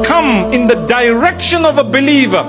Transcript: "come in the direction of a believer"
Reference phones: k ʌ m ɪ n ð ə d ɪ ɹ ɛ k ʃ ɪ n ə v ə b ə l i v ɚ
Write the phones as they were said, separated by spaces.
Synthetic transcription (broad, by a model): k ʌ m ɪ n ð ə d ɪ ɹ ɛ k ʃ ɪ n ə v ə b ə l i v ɚ